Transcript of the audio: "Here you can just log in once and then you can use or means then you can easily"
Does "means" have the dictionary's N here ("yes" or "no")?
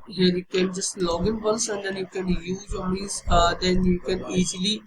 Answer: no